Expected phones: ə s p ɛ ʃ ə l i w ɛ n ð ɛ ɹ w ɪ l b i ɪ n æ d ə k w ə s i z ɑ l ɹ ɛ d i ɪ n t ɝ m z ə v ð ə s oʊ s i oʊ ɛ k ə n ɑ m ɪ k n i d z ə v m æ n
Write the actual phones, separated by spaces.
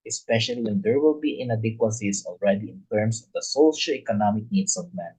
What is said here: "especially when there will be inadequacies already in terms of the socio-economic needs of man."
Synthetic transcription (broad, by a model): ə s p ɛ ʃ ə l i w ɛ n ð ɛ ɹ w ɪ l b i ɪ n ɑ d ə k w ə s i s ɑ l ɹ ɛ d i ɪ n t ɝ m s ə v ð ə s oʊ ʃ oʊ ɛ k ə n ɑ m ɪ k n i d s ə v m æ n